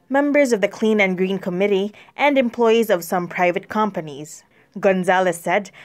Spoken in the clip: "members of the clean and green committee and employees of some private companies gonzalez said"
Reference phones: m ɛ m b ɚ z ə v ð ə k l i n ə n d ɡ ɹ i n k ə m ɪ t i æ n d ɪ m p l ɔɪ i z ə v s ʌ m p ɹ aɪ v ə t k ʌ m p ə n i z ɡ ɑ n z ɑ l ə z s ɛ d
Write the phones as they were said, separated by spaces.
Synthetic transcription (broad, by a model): m ɛ m b ɚ z ə v ð ə k l i n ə n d ɡ ɹ i n k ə m ɪ t i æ n d ɪ m p l ɔɪ i z ə v s ʌ m p ɹ aɪ v ə t k ʌ m p ə n i z ɡ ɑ n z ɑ l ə s ɛ d